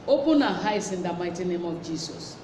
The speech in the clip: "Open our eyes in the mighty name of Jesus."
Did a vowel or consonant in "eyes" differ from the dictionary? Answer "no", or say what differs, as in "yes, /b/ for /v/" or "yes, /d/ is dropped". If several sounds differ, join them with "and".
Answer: yes, /s/ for /z/